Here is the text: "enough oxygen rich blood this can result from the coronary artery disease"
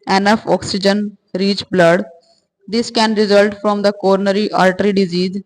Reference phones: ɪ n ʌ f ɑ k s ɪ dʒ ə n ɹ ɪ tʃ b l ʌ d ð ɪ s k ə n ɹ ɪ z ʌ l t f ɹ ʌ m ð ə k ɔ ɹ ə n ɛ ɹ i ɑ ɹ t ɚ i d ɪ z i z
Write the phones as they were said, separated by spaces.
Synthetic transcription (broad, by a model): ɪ n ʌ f ɑ k s ɪ dʒ ə n ɹ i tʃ b l ʌ d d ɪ s k ə n ɹ ɪ z ʌ l t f ɹ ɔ m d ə k ɔ ɹ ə n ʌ ɹ i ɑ l t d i d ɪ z i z